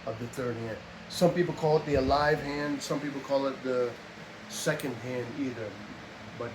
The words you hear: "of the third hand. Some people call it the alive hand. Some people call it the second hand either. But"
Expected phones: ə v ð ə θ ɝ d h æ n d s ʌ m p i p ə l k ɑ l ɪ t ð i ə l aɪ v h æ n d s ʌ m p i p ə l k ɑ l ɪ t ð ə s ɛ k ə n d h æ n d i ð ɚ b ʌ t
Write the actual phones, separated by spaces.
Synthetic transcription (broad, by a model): ə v ð ə θ ɝ d h æ n d s ʌ m p i p l k ɑ l ɪ t ð i ə l aɪ v h æ n d s ʌ m p i p l k ɑ l ɪ t ð ə s ɛ k ə n d h æ n d i ð ɚ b ʌ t